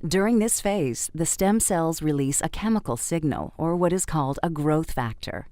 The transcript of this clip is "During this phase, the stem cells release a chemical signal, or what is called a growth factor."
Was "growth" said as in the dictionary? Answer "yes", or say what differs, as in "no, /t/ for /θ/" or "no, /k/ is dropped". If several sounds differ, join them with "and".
yes